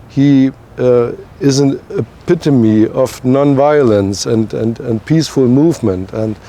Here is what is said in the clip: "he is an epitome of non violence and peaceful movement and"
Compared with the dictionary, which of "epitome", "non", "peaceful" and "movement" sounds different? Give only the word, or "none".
none